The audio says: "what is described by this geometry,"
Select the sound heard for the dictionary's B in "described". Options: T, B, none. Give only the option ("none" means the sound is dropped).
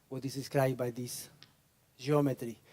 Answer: none